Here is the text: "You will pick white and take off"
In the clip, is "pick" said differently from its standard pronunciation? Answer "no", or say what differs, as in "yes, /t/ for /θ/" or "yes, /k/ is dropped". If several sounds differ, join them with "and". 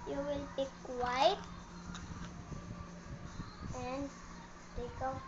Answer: yes, /b/ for /p/